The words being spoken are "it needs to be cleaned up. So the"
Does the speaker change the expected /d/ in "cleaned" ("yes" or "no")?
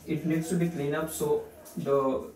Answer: yes